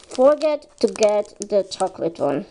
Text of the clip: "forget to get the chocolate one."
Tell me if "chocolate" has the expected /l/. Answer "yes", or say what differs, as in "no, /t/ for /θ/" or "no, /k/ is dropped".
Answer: yes